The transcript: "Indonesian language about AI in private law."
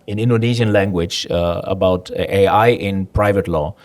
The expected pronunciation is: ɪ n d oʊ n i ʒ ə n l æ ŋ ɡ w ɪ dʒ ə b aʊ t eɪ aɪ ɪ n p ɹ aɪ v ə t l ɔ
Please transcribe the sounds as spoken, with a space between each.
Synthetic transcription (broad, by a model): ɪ n d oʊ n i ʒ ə n l æ ŋ ɡ w ɪ dʒ ə b aʊ t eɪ aɪ ɪ n p ɹ aɪ v ə t l ɔ